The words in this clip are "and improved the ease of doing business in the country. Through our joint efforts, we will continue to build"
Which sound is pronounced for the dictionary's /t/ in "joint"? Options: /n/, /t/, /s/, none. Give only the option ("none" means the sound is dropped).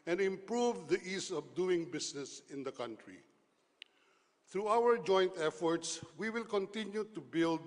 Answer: /t/